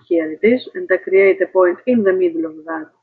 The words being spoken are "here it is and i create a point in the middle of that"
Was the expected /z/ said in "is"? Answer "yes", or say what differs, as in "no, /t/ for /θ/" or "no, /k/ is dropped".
no, /s/ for /z/